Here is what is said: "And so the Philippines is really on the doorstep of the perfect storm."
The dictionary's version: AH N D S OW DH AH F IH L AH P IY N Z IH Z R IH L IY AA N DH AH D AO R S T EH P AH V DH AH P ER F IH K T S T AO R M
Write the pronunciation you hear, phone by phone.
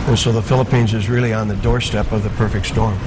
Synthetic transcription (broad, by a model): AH N S OW DH AH F IH L AH P IY N Z IH Z R IH L IY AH N DH AH D AO R S T EH P AH V DH AH P ER F IH K T S T AO R M